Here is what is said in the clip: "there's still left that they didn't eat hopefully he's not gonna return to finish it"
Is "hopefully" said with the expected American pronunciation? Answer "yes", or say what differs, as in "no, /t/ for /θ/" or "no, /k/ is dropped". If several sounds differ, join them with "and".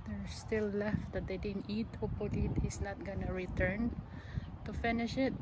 no, /f/ is dropped